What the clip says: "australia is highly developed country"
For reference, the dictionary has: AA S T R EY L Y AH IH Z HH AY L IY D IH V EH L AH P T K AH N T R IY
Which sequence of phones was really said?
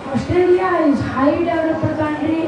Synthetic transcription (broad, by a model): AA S T R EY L Y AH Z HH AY IY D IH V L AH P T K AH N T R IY